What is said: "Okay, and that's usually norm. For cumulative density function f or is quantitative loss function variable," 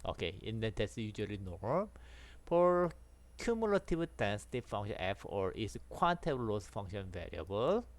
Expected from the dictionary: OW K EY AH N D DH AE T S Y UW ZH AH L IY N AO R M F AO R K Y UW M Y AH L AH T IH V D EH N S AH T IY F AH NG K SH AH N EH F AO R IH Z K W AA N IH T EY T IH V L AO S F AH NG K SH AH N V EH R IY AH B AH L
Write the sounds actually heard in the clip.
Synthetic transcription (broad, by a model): OW K EY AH N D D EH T S Y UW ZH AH L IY N AO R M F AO R K Y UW M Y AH L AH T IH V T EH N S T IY F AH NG SH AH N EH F AO R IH S K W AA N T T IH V L AO S F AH NG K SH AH N V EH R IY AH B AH L